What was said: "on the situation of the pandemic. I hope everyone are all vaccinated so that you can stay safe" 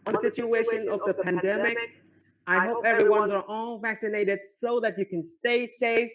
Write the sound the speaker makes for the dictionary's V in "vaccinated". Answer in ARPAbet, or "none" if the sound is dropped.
V